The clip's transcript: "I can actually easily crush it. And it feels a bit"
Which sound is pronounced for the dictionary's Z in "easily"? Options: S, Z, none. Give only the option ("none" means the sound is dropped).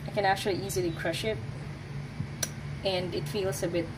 Z